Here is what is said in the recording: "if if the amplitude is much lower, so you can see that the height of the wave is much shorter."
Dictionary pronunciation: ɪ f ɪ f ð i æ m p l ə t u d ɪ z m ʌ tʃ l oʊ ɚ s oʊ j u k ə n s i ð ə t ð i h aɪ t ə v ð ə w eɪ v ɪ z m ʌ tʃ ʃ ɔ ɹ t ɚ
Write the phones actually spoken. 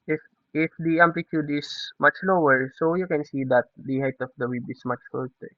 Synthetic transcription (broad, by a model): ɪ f ɪ f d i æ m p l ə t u d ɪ s m ʌ tʃ l oʊ ɚ s oʊ j u k ə n s i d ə t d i h aɪ t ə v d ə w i b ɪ s m ʌ tʃ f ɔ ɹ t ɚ